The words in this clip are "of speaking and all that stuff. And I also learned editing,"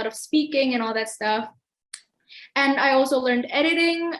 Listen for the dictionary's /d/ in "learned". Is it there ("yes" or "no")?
yes